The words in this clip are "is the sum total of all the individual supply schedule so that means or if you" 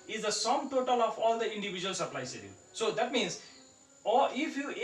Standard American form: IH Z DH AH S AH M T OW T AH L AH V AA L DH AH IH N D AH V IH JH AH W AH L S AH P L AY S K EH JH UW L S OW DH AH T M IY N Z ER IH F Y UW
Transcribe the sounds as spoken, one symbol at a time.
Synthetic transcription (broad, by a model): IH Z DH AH S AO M T OW T AH L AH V AA L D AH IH N D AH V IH JH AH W AH L S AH P L AY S EH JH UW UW S OW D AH T M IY N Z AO IH F Y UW